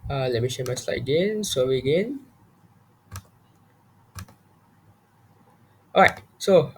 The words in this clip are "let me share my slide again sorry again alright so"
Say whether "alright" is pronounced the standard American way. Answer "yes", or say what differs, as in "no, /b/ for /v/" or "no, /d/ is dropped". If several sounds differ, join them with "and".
no, /l/ is dropped